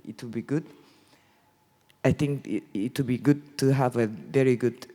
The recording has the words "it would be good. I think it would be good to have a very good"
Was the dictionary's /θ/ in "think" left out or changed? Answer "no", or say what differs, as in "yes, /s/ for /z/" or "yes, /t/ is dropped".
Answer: yes, /t/ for /θ/